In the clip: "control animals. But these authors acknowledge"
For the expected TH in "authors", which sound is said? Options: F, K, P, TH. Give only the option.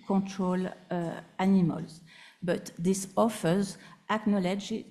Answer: F